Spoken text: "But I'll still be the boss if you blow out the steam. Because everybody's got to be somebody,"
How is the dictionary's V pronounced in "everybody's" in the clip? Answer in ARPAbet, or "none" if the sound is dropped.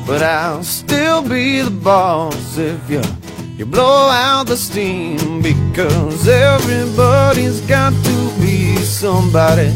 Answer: V